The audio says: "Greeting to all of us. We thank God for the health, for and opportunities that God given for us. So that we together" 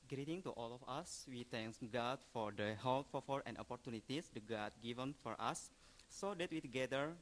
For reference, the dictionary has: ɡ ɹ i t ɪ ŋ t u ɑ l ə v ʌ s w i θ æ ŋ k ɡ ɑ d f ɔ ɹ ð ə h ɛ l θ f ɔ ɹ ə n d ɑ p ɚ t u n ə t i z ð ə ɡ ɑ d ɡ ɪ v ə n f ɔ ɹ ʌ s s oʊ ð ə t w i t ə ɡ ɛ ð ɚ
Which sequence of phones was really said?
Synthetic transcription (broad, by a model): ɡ ɹ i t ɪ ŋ t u ɑ l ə f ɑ s w i t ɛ ŋ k ɡ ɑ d f ɔ ɹ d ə h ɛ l f f ɔ ɹ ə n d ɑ p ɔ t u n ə t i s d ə ɡ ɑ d ɡ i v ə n f ɔ ɹ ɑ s s oʊ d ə t w i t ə ɡ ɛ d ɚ